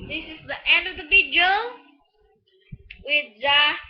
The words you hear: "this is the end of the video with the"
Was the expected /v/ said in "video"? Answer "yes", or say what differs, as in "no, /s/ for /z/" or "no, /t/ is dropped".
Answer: no, /b/ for /v/